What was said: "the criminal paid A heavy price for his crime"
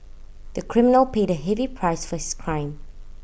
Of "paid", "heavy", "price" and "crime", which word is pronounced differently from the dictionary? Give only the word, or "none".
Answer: none